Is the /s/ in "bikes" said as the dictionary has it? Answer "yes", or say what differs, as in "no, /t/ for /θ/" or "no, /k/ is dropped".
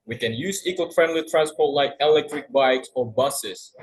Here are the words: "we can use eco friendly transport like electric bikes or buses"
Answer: yes